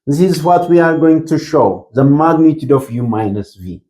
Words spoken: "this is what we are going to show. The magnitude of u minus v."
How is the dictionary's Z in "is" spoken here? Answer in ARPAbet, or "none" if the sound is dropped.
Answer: Z